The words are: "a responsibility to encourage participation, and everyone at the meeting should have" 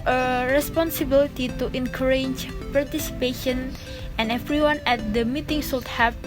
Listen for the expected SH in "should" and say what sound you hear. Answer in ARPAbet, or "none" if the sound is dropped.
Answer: S